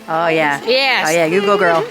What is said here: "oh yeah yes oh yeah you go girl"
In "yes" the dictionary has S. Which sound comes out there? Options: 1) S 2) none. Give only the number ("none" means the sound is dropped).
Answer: 2